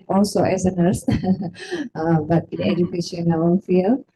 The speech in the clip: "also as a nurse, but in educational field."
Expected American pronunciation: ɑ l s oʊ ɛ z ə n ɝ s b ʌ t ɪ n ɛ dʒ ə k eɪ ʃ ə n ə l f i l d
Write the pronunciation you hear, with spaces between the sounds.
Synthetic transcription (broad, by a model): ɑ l s oʊ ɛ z ə n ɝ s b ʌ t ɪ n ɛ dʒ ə k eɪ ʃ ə n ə n f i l